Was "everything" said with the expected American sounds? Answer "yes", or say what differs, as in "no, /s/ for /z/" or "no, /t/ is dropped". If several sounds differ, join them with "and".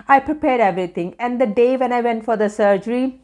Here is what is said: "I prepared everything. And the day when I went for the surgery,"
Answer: no, /t/ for /θ/